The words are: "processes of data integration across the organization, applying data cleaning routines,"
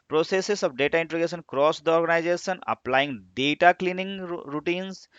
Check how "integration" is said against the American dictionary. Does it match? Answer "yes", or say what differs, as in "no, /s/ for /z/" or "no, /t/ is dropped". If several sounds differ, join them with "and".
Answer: no, /ɹ/ is dropped